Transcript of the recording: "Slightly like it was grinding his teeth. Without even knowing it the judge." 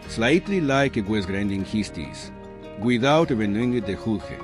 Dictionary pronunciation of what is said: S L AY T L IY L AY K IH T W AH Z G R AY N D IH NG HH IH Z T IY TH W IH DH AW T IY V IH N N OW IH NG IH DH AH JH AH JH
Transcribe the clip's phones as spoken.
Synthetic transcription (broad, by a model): S L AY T L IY L AY K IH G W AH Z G R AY N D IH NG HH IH S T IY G W IH DH AW T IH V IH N N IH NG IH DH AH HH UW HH